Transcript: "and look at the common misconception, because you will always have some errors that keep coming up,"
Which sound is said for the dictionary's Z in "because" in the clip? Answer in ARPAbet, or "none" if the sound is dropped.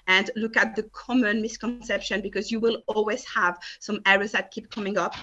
Z